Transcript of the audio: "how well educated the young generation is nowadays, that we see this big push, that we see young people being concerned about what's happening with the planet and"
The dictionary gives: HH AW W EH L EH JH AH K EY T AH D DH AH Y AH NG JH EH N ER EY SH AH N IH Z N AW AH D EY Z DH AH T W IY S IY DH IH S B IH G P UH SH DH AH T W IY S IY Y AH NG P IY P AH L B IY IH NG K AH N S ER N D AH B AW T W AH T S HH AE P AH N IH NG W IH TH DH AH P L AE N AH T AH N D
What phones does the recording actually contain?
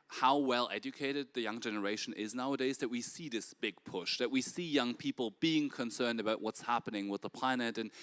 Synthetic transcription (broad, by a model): HH AW W EH L EH JH AH K EY T AH D DH AH Y AH NG JH EH N ER EY SH AH N IH Z N AW AH D EY Z DH AH T W IY S IY DH IH S B IH G P UH SH DH AH T W IY S IY Y AH NG P IY P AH L B IY IH NG K AH N S ER N D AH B AW T W AH T S HH AE P AH N IH NG W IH DH AH P L AE N AH T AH N